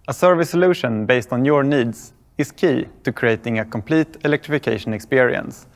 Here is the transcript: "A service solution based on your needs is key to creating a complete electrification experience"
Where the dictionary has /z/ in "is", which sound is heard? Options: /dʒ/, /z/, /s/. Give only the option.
/s/